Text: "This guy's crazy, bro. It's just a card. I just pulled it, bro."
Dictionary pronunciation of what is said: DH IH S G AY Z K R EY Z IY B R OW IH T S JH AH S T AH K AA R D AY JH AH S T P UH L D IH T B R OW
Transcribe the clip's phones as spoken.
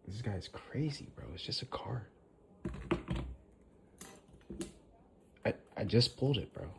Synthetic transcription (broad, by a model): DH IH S G AY Z K R EY Z IY B R OW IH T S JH AH S T AH K AA R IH AY JH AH S P UH L D IH T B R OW